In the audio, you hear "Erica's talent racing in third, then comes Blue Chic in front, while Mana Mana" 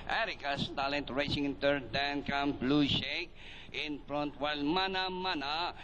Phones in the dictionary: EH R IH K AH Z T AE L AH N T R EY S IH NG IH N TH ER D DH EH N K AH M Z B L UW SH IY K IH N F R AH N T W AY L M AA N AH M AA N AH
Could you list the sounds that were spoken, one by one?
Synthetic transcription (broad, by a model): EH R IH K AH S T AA L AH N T R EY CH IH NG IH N T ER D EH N K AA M B L UW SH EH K IH N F R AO N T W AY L M AA N AH M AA N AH